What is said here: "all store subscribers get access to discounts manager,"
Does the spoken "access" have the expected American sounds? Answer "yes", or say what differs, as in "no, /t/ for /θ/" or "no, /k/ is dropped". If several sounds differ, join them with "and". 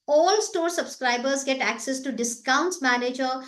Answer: yes